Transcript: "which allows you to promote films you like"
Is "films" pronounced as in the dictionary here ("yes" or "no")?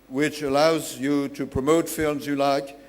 yes